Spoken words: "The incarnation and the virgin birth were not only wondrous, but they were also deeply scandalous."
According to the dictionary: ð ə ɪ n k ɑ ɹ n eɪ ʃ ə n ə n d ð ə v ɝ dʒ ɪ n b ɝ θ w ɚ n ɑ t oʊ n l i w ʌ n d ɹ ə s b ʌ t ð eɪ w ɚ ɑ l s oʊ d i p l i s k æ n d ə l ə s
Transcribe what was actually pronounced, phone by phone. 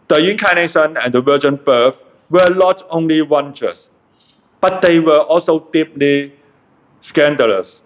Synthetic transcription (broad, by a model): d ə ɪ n k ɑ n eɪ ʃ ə n ə n d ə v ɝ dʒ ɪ n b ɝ f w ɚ l ɑ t oʊ n l i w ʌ n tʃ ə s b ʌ t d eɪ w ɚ ɑ l s oʊ d i p l i s k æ n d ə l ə s